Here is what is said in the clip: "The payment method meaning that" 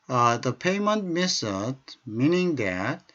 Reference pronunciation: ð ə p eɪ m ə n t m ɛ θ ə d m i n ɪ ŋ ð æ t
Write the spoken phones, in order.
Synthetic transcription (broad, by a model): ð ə p eɪ m ə n t m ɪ s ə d m i n ɪ ŋ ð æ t